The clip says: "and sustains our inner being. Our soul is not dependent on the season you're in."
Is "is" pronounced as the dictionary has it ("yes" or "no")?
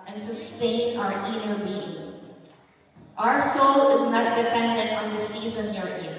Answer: yes